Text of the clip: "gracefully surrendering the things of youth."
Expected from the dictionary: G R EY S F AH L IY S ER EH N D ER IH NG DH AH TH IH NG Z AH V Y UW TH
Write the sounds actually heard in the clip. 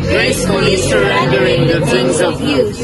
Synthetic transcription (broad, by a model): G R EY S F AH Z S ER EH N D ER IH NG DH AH T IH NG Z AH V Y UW